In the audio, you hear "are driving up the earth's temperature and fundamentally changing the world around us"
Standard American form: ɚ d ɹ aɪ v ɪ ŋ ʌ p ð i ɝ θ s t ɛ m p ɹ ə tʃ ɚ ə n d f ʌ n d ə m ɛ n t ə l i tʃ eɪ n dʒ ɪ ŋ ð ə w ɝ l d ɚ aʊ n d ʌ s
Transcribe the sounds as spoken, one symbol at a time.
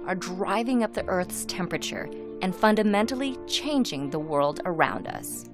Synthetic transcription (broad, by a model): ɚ d ɹ aɪ v ɪ ŋ ʌ p ð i ɝ θ s t ɛ m p ɹ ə tʃ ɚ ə n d f ʌ n d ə m ɛ n t l i tʃ eɪ n dʒ ɪ ŋ ð ə w ɝ l d ɚ aʊ n d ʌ s